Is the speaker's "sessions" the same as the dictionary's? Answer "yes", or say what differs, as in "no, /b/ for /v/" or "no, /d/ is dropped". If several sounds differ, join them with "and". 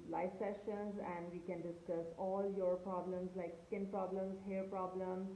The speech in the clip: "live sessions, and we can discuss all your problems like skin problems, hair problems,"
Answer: yes